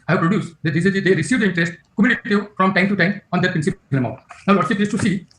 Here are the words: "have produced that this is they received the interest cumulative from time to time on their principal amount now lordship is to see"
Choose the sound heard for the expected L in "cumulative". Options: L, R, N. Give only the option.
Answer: N